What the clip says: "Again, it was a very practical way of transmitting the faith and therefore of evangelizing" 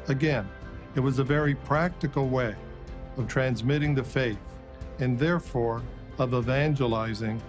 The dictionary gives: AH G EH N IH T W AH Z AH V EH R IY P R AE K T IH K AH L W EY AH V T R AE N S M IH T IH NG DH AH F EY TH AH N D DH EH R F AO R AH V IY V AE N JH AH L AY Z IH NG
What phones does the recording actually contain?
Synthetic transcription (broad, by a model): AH G EH N IH T W AH Z AH V EH R IY P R AE K T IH K L W EY AH V T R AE N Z M IH T IH NG DH AH F EY TH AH N DH EH R F AO R AH V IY V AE N JH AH L AY Z IH NG